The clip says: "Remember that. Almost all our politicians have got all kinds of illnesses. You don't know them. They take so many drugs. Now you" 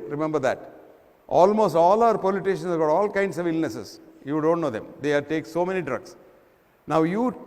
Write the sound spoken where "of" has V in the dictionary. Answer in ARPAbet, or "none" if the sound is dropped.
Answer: V